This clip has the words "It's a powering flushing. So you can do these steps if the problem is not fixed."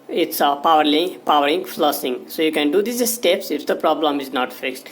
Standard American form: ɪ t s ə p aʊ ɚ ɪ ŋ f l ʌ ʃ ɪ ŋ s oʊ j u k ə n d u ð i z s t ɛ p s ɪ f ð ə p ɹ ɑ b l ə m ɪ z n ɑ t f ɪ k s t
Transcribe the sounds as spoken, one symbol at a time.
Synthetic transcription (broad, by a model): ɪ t s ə p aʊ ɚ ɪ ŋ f l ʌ s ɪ ŋ s oʊ j u k ə n d u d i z s t ɛ p s ɪ f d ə p ɹ ɑ b l ə m ɪ z n ɑ t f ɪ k s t